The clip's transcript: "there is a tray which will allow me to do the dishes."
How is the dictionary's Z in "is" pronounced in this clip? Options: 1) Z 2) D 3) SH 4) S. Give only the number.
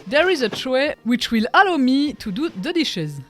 1